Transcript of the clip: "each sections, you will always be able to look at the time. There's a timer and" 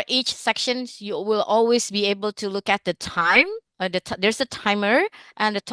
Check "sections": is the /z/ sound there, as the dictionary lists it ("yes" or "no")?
no